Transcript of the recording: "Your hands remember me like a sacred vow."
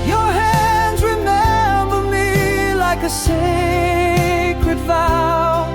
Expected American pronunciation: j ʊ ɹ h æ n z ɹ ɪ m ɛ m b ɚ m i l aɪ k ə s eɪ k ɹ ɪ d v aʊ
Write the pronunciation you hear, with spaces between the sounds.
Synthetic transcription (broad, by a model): j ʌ ɹ h æ n z ɹ ɪ m ɛ m b ɚ m i l aɪ k ə s eɪ k ɹ ɪ d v aʊ